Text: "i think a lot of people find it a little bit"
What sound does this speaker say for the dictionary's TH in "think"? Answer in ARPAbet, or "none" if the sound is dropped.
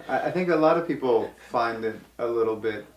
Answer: TH